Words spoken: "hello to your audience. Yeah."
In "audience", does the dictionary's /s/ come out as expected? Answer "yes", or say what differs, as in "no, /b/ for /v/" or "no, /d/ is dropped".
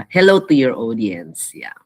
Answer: yes